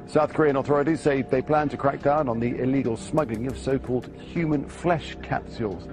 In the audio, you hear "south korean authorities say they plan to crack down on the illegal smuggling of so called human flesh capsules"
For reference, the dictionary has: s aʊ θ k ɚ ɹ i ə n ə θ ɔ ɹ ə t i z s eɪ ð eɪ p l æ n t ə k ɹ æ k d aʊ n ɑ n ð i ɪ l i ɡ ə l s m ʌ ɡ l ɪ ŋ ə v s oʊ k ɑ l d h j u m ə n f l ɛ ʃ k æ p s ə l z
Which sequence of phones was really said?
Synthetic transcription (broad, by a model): s aʊ θ k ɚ ɹ i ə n ə θ ɔ ɹ ə t i z s eɪ ð eɪ p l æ n t ə k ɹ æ k d aʊ n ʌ n ð i ɪ l i ɡ ə l s m ʌ ɡ l ɪ ŋ ə v s oʊ k ɑ l d h j u m ə n f l ɛ ʃ k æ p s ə l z